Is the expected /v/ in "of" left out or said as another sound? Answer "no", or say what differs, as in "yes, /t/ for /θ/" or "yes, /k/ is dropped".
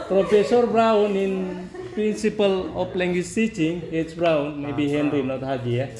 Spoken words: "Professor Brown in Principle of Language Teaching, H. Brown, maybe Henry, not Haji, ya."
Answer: yes, /p/ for /v/